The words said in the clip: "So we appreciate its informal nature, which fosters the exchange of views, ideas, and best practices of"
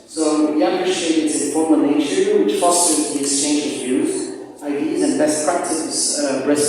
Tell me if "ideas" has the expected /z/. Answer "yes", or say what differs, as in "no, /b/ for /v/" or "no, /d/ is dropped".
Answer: yes